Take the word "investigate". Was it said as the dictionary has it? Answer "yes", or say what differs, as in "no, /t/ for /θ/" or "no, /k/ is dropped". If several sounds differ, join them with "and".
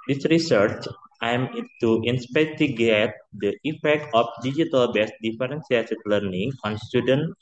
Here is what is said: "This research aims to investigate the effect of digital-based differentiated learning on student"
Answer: no, /p/ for /v/ and /s/ is dropped